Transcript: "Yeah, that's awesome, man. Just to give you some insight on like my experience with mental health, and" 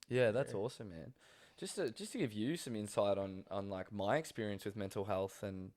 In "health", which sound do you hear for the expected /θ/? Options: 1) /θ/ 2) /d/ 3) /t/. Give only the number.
1